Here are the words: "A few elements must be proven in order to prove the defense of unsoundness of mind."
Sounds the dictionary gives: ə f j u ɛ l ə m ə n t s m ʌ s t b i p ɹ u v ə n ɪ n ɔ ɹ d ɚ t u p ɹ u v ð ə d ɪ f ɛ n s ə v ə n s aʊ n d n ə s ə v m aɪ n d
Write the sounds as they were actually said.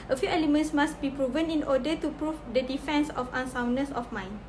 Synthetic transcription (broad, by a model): ə f j u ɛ l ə m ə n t s m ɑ s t b i p ɹ u v ə n ɪ n ɔ d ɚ t u p ɹ u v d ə d ɪ f ɛ n s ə f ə n s aʊ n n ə s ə f m aɪ n